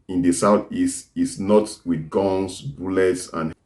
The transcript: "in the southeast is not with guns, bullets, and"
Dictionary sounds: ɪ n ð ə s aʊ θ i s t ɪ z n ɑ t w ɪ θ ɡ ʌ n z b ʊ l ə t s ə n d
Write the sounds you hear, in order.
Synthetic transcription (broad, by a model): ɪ n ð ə s aʊ θ i s t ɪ s n ɑ t w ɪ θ ɡ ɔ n s b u l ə t s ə n